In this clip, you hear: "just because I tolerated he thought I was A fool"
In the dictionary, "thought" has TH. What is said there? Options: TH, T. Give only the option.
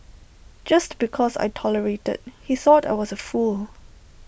TH